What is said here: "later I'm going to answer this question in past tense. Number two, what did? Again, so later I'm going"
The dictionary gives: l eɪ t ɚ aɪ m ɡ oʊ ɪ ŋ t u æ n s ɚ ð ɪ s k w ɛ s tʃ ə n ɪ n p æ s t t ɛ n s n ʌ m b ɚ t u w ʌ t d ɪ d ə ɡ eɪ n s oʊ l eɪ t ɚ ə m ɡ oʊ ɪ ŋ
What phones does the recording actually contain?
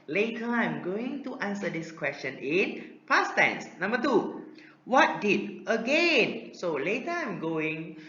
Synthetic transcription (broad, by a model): l eɪ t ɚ aɪ m ɡ oʊ ɪ ŋ t u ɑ n s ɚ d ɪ s k w ɛ s tʃ ə n ɪ n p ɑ s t t ɛ n s n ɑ m b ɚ t u w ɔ t d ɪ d ə ɡ eɪ n s oʊ l eɪ t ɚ ə m ɡ oʊ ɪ ŋ